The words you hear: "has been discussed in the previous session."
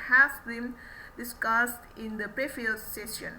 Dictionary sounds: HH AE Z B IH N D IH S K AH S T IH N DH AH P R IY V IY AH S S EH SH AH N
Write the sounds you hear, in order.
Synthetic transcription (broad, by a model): HH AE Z B IH N D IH S K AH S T IH N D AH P R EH F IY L S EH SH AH N